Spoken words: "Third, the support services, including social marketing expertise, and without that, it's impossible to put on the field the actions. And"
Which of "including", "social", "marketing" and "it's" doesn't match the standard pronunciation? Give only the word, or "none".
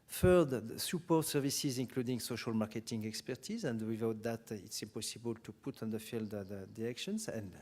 none